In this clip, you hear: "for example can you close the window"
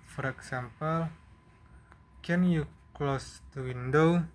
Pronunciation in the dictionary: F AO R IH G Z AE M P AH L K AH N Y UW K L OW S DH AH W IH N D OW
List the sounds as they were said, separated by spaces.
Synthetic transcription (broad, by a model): F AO R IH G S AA M P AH L K AH N Y UW K L OW S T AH W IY N D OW